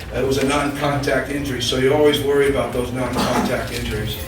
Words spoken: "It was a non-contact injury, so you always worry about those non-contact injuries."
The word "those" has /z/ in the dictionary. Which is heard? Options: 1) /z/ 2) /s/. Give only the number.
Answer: 1